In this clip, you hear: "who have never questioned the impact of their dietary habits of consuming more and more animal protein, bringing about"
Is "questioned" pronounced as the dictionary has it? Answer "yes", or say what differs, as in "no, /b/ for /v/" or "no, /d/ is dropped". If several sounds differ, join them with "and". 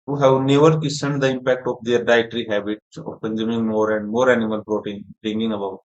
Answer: no, /tʃ/ is dropped